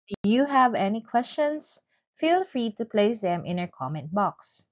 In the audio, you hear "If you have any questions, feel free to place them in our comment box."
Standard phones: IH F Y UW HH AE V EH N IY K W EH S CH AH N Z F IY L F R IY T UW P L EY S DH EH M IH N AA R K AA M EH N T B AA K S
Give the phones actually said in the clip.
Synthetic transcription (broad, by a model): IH Y UW HH AE V EH N IY K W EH S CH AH N S F IY L F R IY T UW P L EY S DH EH M IH N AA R K AA M EH N T B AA K S